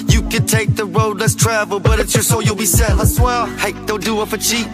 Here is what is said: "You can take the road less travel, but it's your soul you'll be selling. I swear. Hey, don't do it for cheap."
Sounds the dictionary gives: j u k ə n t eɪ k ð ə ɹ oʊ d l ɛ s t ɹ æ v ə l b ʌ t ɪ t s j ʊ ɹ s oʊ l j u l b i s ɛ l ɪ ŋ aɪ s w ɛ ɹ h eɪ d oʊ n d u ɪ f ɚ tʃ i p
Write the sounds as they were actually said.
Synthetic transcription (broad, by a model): j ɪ k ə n t eɪ k ð ə ɹ oʊ d l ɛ s t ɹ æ v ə l b ʌ t ɪ t s j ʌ ɹ s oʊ j u l b i s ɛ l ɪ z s w ɛ l h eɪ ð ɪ l d u ɪ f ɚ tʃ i